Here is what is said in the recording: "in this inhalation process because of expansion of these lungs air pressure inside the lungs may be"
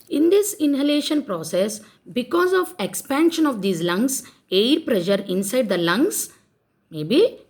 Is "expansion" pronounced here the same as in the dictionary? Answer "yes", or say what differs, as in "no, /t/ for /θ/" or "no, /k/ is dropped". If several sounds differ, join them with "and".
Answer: yes